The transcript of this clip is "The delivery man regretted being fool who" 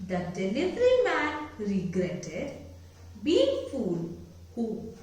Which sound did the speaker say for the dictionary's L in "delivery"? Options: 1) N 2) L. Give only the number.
1